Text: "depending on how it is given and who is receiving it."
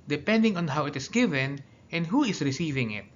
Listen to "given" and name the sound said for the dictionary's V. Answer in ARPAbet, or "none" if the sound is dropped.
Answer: V